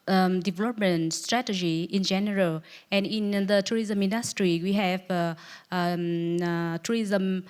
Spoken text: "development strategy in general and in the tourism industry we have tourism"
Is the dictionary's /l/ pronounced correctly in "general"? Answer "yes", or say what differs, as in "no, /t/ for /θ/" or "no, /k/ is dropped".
yes